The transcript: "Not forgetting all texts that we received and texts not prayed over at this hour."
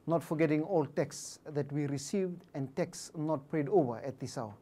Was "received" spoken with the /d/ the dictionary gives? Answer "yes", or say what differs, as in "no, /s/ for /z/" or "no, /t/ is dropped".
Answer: yes